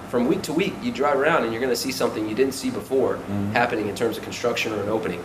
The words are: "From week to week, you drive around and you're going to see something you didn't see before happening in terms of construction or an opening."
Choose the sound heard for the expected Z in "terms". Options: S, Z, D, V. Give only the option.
Z